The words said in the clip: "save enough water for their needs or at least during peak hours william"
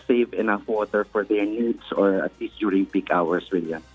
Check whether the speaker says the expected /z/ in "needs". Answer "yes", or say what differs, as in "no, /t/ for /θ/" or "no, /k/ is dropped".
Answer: no, /s/ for /z/